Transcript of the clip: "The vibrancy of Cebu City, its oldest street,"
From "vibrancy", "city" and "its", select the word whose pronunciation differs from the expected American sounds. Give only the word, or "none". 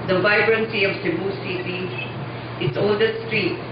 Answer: city